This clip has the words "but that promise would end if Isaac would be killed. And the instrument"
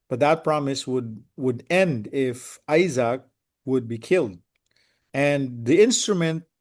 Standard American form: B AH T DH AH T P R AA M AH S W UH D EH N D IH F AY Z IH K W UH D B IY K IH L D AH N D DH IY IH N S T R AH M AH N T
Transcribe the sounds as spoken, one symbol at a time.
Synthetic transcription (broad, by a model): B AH T DH AH T P R AA M AH S W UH D EH N D IH F AY Z IH K W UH D B IY K IH L D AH N DH IY IH N S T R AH M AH N T